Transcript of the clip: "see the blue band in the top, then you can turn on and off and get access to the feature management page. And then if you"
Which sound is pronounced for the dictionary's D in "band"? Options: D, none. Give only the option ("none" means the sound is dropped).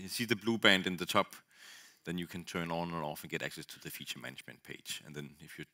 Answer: D